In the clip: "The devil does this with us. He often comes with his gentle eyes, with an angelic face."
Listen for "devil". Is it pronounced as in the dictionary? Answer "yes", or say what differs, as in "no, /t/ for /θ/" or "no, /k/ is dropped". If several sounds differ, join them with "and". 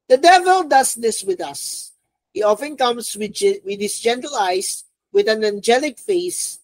yes